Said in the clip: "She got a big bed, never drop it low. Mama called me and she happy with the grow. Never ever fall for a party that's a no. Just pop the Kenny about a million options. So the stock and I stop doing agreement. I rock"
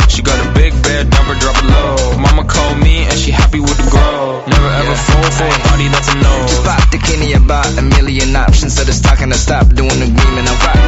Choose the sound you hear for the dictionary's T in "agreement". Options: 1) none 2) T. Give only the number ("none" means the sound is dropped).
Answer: 1